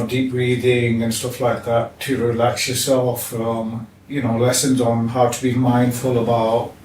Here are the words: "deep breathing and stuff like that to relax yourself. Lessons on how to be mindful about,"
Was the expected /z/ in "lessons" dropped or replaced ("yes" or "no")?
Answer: no